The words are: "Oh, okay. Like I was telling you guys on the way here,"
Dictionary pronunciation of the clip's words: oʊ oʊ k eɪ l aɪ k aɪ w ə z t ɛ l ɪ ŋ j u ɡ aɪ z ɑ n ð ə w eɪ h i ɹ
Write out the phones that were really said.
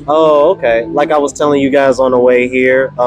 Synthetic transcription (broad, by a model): oʊ oʊ k eɪ l aɪ k aɪ w ə z t ɛ l ɪ ŋ j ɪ ɡ aɪ z n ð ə w eɪ h i ɹ